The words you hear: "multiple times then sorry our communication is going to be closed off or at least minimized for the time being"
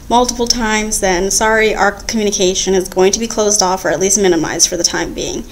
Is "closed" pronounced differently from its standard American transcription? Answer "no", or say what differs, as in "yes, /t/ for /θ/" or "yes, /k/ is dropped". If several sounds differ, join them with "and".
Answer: no